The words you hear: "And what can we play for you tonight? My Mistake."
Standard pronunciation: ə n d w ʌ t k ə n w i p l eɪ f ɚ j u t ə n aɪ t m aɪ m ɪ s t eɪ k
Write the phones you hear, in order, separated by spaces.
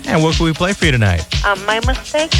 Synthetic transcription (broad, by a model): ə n w ʌ t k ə l w i p l eɪ f ɚ j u t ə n aɪ t m aɪ m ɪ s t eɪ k